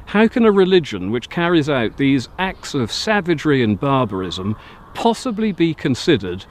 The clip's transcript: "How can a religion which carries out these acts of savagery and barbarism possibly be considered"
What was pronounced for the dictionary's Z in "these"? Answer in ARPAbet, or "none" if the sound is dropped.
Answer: Z